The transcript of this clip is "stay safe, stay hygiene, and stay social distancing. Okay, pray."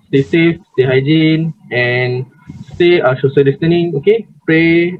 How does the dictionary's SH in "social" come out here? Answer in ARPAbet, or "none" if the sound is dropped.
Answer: S